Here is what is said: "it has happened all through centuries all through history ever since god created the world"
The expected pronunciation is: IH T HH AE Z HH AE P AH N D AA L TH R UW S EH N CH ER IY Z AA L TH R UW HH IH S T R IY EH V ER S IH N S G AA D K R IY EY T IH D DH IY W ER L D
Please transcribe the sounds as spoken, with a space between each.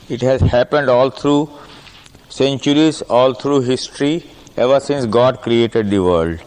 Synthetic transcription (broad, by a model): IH T HH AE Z HH AE P AH N D AA L T R UW S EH N CH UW IY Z AA L T R UW HH IH S T R IY EH V ER S IH N S G AA D K R IY EY T IH D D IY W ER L D